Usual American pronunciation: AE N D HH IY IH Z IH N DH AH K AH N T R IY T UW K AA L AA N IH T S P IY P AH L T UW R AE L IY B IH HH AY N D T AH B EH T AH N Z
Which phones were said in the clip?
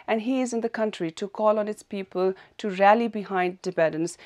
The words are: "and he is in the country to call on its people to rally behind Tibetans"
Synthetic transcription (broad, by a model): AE N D HH IY IH Z IH N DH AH K AH N T R IY T UW K AA L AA N IH T S P IY P AH L T UW R AE L IY B IH HH AY N D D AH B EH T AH N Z